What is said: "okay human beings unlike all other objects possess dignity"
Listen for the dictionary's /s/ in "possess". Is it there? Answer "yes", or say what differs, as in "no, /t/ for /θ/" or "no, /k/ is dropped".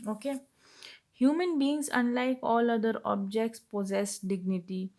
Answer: yes